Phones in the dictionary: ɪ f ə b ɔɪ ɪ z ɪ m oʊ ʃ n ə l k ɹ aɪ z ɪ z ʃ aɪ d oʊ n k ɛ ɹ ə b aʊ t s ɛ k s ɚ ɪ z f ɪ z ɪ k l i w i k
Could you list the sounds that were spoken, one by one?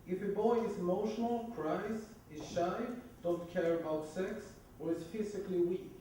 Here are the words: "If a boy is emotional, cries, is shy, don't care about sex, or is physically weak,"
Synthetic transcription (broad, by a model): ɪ f ə b ɔɪ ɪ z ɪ m oʊ ʃ n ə l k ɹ aɪ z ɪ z ʃ aɪ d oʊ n k ɛ ɹ ə b aʊ t s ɛ k s ɚ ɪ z f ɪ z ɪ k l i w i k